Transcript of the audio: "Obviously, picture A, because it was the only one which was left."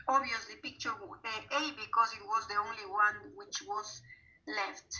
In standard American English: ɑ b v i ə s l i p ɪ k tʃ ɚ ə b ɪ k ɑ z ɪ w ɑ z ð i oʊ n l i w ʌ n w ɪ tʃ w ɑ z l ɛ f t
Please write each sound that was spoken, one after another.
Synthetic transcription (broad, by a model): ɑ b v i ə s l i b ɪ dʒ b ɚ ə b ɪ k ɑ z ɪ w ɑ z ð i oʊ n l i w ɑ n w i tʃ w ɑ z l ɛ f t